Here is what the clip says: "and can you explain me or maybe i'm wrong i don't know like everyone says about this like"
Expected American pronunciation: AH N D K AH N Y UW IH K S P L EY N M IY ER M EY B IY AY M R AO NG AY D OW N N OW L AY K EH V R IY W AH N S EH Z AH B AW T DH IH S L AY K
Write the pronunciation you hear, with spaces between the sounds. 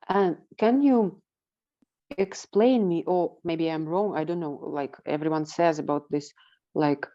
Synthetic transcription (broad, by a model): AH N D K AH N Y UW IH K S P L EY N M IY ER M EY B IY AY M R AO NG AY D OW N N OW L AY K EH V R IY W AH N S EH Z AH B AW T DH IH S L AY K